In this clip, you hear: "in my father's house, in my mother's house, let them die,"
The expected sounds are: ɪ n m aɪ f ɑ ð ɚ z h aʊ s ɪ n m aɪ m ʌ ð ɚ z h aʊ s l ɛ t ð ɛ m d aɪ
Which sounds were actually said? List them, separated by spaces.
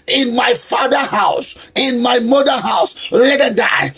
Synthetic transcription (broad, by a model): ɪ n m aɪ f ɑ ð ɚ h aʊ s ɪ n m aɪ m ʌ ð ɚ h aʊ s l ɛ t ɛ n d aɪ